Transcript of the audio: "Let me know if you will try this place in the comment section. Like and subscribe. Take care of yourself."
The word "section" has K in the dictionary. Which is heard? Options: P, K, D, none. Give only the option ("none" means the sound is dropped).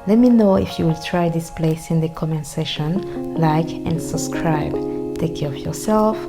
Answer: none